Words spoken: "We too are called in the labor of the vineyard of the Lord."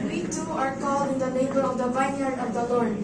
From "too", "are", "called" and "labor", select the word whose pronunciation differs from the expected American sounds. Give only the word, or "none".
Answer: labor